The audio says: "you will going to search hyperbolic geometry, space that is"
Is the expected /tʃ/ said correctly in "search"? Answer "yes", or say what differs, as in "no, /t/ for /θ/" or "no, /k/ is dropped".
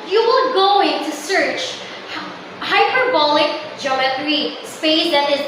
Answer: yes